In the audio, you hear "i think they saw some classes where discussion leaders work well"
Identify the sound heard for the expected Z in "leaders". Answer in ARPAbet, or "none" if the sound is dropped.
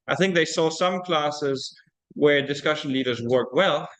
Z